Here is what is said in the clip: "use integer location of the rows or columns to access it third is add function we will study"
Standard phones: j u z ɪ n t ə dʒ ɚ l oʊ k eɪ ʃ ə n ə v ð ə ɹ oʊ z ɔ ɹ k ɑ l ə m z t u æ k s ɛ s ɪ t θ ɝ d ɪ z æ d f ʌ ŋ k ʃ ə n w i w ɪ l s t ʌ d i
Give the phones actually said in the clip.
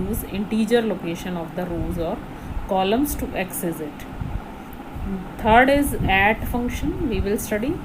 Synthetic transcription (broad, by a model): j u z ɪ n t ə dʒ ɚ l oʊ k eɪ ʃ ə n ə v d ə ɹ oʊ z ɔ ɹ k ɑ l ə m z t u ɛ k s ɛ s ɪ t t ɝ d ɪ z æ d f ʌ ŋ k ʃ ə n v i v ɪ l s t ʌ d i